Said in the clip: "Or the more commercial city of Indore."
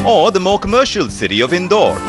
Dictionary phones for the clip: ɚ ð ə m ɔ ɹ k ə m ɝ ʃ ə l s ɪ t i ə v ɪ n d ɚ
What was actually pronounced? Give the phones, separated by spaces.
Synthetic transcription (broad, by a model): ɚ ð ə m ɔ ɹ k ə m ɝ ʃ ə l s ɪ t i ə v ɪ n d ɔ